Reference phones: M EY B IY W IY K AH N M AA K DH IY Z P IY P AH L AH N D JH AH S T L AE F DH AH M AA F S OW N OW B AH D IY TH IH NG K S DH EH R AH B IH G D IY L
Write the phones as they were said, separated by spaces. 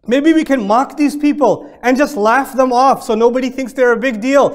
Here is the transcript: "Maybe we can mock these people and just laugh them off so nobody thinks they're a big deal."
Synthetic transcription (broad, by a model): M EY B IY W IY K AH N M AA K DH IY Z P IY P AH L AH N JH AH S T L AE F DH AH M AA F S OW N OW B AH D IY TH IH NG K S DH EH R AH B IH G D IY L